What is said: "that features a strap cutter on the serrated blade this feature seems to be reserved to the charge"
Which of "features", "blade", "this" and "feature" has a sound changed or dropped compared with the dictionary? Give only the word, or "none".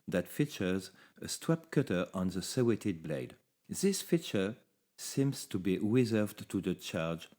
none